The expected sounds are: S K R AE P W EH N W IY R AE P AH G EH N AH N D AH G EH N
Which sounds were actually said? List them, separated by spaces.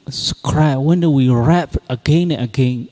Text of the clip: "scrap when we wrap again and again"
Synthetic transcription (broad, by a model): S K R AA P W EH N W IY R AE P AH G EH N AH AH G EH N